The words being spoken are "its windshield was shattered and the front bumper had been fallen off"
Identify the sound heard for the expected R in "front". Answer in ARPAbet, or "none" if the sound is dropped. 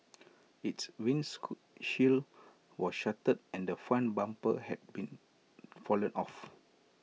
none